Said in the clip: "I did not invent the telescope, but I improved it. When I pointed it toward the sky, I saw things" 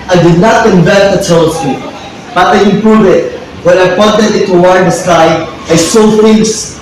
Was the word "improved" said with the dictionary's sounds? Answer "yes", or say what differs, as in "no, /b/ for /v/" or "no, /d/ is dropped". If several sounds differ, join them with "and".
no, /d/ is dropped